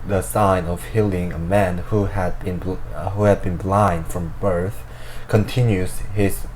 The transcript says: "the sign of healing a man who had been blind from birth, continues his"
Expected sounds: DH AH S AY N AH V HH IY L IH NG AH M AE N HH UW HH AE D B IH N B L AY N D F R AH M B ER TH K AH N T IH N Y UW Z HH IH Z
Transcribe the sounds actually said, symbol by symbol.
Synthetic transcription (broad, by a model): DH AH S AY N AH V HH IY L IH NG AH M AE N HH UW HH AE D B IH N B L AY N D F R AH M B ER TH K AH N T IH N Y UW Z HH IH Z